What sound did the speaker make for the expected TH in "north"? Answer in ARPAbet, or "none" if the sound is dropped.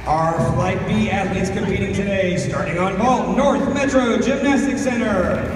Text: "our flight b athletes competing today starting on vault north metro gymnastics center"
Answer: TH